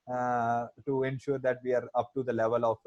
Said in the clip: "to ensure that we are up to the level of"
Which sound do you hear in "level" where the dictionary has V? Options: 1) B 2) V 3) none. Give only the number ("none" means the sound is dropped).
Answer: 2